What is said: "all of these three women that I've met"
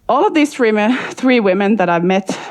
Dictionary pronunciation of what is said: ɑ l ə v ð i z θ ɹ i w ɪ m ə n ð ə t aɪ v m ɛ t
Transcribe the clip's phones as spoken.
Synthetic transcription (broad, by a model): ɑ l ə v ð i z θ ɹ i w ɪ m ə n ð ə t aɪ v m ɛ t